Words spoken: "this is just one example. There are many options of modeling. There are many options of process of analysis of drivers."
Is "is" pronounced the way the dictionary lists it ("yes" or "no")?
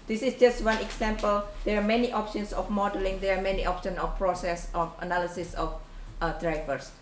no